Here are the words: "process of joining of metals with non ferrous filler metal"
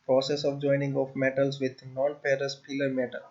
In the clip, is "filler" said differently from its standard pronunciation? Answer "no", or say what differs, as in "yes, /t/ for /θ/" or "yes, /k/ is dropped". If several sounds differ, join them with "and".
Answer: yes, /p/ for /f/